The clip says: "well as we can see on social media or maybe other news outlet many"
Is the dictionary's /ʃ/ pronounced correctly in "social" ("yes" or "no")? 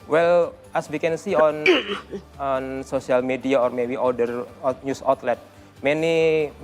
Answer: no